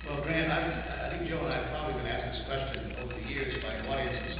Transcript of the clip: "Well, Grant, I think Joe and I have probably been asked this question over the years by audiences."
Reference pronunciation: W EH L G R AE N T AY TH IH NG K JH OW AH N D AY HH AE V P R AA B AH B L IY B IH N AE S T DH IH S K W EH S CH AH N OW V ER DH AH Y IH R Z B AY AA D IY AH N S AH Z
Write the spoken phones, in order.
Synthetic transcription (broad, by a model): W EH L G R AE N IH AY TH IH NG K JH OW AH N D AY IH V P R AA B AH B L IY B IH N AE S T DH IH S K W EH S CH AH N OW V ER DH AH Y IH R Z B AY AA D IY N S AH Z